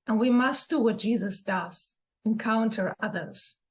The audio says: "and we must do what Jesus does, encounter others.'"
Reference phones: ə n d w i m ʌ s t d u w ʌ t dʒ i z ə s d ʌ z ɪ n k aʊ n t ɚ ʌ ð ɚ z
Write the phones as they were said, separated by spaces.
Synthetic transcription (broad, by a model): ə n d w i m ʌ s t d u w ʌ t dʒ i z ə s d ʌ z ɪ n k aʊ n t ɚ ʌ ð ɚ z